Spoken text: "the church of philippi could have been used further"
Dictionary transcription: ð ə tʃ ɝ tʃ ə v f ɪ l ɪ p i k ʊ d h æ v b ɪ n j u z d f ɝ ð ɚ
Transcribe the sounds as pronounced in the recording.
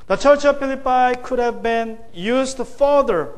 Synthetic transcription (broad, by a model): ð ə tʃ ɝ tʃ ə v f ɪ l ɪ p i k ʊ d h æ v b ɪ n j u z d f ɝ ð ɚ